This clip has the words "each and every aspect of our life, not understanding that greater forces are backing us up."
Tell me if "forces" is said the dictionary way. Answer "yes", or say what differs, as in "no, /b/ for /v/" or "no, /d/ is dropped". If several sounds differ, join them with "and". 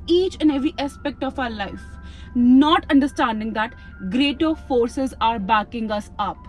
yes